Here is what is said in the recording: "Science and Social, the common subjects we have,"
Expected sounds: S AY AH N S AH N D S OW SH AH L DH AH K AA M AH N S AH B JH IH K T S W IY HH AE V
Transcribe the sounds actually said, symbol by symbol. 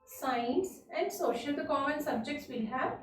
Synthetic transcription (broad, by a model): S AY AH N S AH N D S OW SH AH L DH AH K AA M AH N S AH B JH IH K T S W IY HH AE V